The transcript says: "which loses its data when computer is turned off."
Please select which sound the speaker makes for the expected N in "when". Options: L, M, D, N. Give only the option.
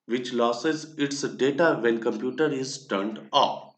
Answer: L